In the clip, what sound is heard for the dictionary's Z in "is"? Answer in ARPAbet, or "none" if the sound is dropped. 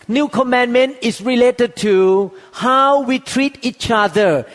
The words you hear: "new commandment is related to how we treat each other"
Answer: S